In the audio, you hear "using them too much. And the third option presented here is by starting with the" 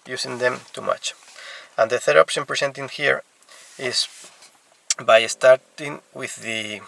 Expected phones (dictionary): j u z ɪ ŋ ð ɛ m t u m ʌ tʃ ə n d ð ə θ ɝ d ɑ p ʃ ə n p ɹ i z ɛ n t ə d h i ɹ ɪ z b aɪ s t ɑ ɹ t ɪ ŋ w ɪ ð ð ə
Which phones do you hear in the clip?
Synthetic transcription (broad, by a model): j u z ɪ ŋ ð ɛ m t u m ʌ tʃ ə n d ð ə θ ɝ d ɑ p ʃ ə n p ɹ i s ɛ n t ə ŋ h i ɹ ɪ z b aɪ s t ɑ ɹ t ɪ ŋ w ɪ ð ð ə